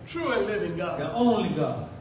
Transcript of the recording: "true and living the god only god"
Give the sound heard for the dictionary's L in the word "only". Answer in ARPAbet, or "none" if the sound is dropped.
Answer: L